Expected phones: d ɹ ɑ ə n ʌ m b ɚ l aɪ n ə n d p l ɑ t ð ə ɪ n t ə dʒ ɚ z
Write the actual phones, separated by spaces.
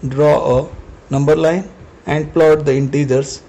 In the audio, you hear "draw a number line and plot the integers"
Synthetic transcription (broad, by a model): d ɹ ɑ ə n ʌ m b ɚ l aɪ n ə n d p l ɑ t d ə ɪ n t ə dʒ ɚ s